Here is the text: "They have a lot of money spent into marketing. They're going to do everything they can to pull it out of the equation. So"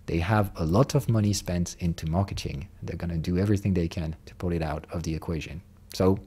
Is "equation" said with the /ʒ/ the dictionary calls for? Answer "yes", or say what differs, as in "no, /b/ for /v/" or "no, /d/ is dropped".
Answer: yes